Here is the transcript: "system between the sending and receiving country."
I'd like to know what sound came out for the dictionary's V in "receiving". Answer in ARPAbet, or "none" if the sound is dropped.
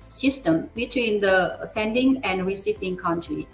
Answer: P